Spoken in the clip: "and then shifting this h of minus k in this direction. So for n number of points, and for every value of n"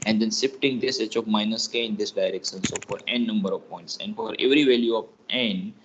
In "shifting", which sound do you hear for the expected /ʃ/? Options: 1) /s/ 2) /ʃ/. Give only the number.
1